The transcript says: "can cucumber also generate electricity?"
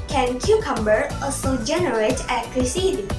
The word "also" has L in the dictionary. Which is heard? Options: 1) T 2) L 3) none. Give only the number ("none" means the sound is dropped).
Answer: 3